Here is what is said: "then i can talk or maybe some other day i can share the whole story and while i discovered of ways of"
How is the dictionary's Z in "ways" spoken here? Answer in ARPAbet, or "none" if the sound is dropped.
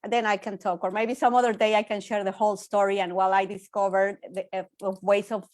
S